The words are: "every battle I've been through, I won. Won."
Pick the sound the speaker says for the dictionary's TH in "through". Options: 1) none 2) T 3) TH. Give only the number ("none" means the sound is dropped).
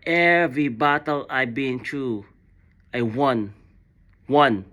2